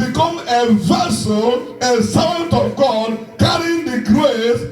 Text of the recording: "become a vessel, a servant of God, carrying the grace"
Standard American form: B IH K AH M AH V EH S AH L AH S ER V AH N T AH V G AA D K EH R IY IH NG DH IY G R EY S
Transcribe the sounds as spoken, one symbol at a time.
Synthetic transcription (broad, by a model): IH K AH M AH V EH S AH N AH S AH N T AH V G AA D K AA R IY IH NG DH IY G R EY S